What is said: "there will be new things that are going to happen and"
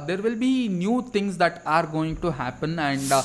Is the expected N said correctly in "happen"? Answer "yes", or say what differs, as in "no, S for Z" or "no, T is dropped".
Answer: yes